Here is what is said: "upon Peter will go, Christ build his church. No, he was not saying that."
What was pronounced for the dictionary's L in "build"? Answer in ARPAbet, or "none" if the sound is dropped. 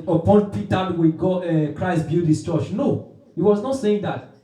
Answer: none